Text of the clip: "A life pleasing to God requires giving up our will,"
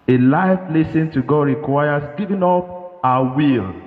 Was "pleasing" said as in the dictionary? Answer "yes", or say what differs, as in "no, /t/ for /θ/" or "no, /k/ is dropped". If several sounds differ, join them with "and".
no, /s/ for /z/